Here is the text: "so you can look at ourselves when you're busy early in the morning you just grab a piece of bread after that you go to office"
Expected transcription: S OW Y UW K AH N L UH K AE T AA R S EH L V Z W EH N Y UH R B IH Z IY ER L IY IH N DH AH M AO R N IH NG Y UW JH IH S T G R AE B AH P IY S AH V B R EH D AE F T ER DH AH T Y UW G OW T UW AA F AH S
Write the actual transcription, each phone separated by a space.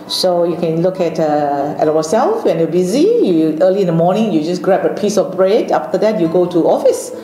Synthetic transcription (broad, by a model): S OW Y UW K AH N L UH K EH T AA W S EH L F W EH N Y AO B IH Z IY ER L IY IH N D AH M AO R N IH NG Y UW JH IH S G R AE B AH P IY S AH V B R EH D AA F T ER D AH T Y UW G OW T UW AA F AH S